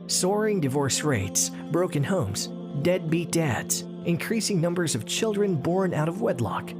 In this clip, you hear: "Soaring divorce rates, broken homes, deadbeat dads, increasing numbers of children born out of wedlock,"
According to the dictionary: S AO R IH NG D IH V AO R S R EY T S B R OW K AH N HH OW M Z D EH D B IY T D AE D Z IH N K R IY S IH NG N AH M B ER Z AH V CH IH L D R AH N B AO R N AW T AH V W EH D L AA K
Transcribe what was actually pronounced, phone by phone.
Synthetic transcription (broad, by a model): S AO R IH NG D IH V AO R S R EY T S B R OW K AH N HH OW M Z D EH D B IY T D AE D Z IH N K R IY S IH NG N AH M B ER Z AH V CH IH L D R AH N B AO R N AW T AH V W EH D L AA K